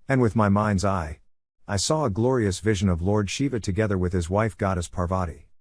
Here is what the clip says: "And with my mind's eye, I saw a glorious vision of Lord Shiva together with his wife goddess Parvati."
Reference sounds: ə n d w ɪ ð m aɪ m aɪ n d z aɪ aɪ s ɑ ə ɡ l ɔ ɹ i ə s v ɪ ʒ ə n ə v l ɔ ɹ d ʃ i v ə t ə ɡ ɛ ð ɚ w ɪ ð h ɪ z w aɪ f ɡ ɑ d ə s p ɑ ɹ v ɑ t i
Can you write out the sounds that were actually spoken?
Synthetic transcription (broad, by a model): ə n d w ɪ ð m aɪ m aɪ n d z aɪ aɪ s ɑ ə ɡ l ɔ ɹ i ə s v ɪ ʒ ə n ə v l ɔ ɹ d ʃ i v ə t ə ɡ ɛ ð ɚ w ɪ ð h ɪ z w aɪ f ɡ ɑ d ə s p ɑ ɹ v ɑ t i